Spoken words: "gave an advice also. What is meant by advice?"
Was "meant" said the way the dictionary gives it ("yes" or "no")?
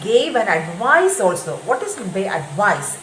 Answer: no